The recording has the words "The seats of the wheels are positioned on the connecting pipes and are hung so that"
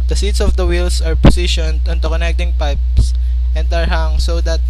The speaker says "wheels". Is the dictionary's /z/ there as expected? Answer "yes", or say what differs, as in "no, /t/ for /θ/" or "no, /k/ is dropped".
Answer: no, /s/ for /z/